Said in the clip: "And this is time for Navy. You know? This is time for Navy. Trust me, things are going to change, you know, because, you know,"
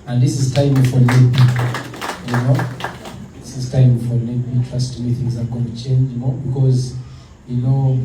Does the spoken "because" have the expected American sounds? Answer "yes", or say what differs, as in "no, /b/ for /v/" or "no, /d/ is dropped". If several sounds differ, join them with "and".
yes